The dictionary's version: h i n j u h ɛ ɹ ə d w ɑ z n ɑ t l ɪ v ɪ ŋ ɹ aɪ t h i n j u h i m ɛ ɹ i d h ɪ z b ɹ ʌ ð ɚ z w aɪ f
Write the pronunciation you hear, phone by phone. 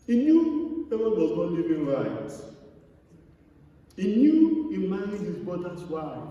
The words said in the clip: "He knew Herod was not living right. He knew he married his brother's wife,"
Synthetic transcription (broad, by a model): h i n j u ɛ w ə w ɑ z n ɑ t l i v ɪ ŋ ɹ aɪ t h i n j u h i m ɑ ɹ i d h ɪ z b ɔ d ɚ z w aɪ